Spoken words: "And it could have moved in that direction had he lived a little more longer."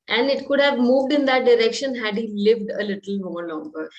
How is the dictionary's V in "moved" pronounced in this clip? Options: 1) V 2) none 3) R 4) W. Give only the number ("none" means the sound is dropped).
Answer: 1